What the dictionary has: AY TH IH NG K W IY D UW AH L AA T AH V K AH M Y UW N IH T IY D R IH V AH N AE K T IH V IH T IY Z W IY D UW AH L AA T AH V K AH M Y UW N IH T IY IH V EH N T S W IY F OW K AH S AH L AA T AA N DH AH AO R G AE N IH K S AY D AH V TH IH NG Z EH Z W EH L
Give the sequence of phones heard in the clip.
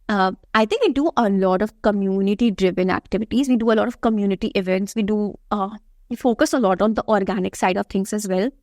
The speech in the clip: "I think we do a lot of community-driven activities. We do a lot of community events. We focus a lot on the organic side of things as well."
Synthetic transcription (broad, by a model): AY T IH NG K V IY D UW AH L AA T AH V K AH M Y UW N IH T IY D R IH V AH N AE K T IH V IH T IY Z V IY D UW AH L AA T AH V K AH M Y UW N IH T IY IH V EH N T S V IY F OW K AH S AH L AA T AA N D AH AO R G AE N IH K S AY D AH V T IH NG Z EH Z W EH L